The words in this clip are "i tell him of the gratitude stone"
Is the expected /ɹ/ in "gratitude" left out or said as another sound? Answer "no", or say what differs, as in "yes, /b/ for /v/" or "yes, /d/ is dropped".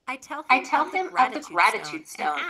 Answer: no